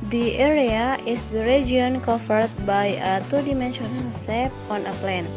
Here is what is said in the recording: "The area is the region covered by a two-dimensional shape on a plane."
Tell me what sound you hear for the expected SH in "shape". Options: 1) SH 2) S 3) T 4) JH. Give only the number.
2